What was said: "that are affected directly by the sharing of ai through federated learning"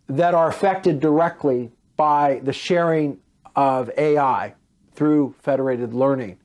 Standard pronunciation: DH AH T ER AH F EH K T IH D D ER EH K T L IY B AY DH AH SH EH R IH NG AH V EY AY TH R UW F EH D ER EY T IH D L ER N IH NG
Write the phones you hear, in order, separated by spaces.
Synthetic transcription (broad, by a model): DH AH T ER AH F EH K T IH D D ER EH K T L IY B AY DH AH SH EH R IH NG AH V EY AY TH R UW F EH D ER EY T IH D L ER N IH NG